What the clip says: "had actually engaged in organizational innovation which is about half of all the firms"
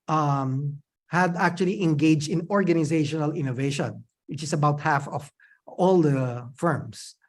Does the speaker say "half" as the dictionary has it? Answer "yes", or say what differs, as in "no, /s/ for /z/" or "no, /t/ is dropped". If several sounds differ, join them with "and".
yes